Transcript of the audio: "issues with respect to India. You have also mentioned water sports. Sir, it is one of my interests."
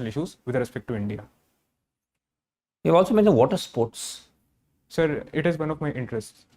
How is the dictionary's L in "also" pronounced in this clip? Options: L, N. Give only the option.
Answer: L